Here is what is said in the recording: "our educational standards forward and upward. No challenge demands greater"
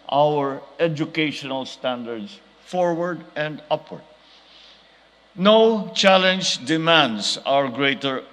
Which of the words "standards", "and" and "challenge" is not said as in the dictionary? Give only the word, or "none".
standards